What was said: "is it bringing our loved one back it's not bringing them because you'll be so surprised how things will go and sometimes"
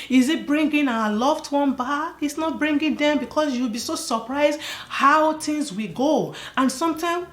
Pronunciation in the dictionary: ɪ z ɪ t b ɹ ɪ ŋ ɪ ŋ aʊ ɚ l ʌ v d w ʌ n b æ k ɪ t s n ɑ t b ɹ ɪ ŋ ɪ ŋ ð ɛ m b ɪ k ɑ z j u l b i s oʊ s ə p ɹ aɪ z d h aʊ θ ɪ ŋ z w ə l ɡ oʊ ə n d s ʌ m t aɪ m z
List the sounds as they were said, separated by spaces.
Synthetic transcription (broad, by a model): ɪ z ɪ t b ɹ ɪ ŋ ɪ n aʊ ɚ l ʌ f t w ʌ n b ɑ ɪ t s n ɑ t b ɹ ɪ ŋ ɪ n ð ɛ m b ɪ k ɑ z j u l b i s oʊ s ə p ɹ aɪ z d h aʊ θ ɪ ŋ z w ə ɡ oʊ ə n s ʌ m t aɪ m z